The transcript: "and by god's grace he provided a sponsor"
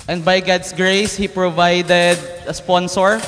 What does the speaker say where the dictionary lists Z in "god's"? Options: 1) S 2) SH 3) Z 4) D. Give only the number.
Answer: 1